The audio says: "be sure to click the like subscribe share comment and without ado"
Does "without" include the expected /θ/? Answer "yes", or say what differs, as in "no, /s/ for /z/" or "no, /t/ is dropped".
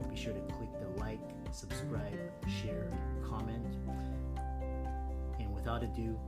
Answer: yes